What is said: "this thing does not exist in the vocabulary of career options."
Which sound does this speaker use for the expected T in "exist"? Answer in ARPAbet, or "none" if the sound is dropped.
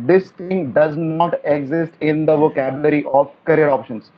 T